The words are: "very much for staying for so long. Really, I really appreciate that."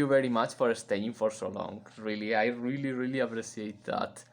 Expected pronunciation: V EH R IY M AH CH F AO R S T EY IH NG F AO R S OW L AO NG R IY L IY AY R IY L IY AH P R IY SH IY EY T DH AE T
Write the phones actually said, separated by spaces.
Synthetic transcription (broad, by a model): V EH R IY M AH CH F AO R S T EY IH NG F AO R S OW L AO NG R IY L IY AY R IY L IY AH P R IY S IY EY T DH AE T